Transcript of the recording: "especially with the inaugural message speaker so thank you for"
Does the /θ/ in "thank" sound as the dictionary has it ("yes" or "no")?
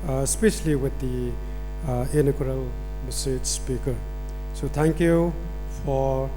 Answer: no